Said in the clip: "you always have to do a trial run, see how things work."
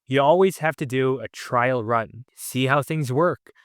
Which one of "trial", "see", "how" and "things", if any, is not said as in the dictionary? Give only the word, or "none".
none